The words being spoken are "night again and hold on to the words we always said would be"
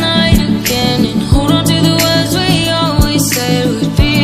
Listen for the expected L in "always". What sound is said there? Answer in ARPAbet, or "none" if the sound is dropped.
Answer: L